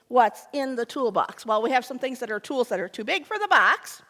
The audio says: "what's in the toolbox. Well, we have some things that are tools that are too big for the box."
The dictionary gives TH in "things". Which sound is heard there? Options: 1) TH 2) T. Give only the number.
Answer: 1